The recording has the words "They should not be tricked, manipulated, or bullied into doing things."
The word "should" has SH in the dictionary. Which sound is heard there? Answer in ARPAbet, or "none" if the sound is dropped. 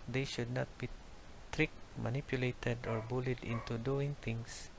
SH